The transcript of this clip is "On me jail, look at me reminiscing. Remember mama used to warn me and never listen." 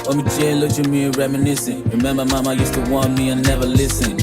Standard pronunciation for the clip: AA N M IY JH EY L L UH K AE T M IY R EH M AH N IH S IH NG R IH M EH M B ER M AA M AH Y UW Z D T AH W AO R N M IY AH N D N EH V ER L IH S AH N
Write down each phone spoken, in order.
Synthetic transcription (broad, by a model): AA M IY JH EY N L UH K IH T M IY R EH M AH N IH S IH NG R IH M EH M B ER M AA M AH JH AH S T AH W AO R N M IY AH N N EH V ER L IH S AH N